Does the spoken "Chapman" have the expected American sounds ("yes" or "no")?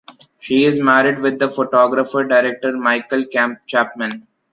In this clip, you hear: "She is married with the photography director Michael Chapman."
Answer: yes